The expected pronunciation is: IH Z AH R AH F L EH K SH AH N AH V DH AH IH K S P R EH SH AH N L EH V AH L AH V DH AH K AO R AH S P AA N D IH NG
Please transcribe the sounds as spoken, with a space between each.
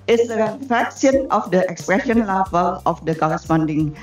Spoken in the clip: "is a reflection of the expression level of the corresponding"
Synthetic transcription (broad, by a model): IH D AH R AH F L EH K S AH N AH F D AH IH K S P R EH SH AH N L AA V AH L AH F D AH K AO R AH S P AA N D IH NG